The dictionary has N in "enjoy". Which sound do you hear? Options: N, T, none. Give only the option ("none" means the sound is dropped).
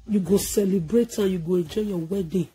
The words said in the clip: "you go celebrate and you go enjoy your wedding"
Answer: none